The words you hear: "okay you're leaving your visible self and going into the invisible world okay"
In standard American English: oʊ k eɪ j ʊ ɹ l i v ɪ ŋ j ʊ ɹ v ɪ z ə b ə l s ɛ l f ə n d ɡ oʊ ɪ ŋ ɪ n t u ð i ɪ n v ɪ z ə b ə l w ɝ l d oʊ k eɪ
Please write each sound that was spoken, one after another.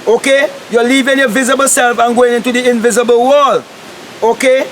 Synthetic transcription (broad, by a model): oʊ k eɪ j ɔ l i v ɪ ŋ j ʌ v ɪ z ə b ə l s ɛ l f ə n ɡ oʊ ɪ ŋ ɪ n t u ð i ɪ n v ɪ z ə b ə l w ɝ l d oʊ k eɪ